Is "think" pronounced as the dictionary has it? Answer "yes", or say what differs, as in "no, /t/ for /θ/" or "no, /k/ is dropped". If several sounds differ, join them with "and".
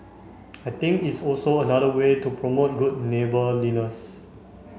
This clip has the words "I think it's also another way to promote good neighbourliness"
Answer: no, /t/ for /θ/